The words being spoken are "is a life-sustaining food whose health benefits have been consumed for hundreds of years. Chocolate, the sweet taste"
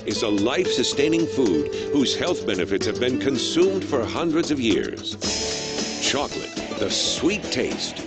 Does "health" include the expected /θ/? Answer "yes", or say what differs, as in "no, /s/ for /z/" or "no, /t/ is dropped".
yes